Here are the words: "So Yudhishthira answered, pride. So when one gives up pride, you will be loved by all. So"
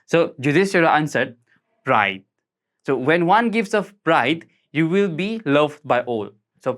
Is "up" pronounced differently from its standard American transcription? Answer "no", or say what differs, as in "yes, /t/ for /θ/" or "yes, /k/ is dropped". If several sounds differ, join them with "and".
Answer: yes, /f/ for /p/